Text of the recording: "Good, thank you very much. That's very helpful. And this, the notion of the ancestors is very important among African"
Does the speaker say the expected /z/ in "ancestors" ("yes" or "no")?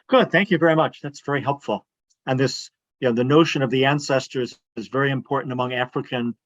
yes